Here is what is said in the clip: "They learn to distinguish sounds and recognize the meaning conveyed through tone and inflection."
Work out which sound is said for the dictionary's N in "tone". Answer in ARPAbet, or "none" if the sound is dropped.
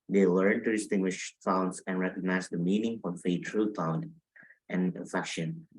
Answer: none